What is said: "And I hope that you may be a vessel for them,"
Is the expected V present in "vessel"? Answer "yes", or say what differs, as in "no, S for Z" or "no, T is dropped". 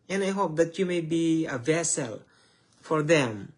yes